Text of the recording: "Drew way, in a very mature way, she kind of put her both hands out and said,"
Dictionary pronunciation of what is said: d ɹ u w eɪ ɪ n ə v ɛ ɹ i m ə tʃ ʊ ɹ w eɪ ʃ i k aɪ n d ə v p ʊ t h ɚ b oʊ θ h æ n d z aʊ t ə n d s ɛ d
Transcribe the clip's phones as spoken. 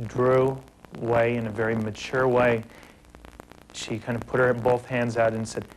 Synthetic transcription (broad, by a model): d ɹ u w eɪ ɪ n ə v ɛ ɹ i m ə tʃ ʊ ɹ w eɪ ʃ i k aɪ n d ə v p ʊ t h ɚ b oʊ θ h æ n d z aʊ t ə n s ɛ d